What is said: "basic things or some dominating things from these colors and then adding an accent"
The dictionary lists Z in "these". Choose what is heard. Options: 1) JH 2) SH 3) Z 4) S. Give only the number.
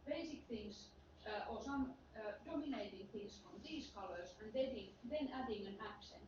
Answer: 4